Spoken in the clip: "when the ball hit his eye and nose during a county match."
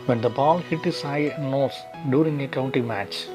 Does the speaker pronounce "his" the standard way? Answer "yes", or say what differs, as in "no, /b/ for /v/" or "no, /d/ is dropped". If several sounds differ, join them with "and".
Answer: no, /s/ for /z/